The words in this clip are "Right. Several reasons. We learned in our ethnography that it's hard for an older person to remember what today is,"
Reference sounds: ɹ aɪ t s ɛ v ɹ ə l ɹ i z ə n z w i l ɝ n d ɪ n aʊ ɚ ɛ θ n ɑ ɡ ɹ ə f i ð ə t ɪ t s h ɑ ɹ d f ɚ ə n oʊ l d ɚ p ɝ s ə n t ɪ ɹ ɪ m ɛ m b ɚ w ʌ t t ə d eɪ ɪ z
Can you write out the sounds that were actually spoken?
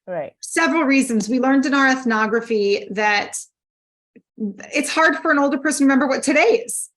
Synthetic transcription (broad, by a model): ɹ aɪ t s ɛ v ɹ l ɹ i z ə n z w i l ɝ n d ɪ n aʊ ɚ ɛ θ n ɑ ɡ ɹ ə f i ð ə t ɪ t s h ɑ ɹ d f ɚ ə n oʊ l d ɚ p ɝ s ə n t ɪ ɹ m ɛ m b ɚ w ʌ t t ə d eɪ ɪ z